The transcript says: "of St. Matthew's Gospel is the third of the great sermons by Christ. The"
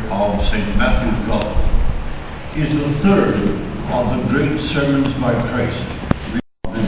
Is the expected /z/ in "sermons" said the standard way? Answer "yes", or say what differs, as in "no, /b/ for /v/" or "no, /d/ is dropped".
yes